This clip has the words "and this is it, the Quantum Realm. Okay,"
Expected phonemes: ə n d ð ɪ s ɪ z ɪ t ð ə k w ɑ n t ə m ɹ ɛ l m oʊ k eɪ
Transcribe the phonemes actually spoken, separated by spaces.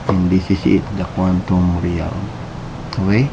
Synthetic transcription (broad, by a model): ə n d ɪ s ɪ s ɪ t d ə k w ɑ n t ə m ɹ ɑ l oʊ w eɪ